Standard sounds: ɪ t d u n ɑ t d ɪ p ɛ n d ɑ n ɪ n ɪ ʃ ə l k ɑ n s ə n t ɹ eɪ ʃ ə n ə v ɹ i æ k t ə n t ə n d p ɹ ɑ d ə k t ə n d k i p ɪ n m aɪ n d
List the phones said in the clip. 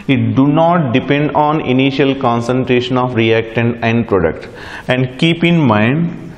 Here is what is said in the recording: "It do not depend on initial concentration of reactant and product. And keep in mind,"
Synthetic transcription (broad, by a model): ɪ t d u n ɑ t d ɪ p ɛ n d ɑ n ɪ n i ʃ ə l k ɑ n s ə n t ɹ eɪ ʃ ə n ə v ɹ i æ k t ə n ə n d p ɹ ɑ d ə k t ə n d k i p ɪ n m aɪ n d